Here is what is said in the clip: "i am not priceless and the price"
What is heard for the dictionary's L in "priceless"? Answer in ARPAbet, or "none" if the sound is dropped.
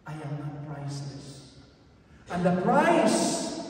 none